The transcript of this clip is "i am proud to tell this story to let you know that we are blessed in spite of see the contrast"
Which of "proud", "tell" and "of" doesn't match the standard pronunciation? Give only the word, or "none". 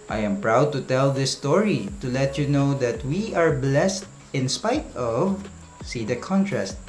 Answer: none